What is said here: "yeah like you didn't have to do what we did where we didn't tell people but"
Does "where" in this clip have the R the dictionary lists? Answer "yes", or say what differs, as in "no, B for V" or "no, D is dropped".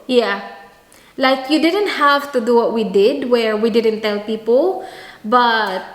yes